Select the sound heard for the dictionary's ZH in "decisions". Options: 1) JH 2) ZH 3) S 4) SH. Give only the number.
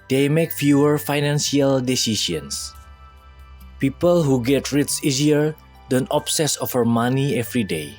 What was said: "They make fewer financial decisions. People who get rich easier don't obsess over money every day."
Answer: 3